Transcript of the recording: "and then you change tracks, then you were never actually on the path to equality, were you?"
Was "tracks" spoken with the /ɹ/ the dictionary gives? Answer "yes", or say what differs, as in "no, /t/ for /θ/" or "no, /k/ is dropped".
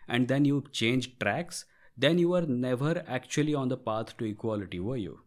yes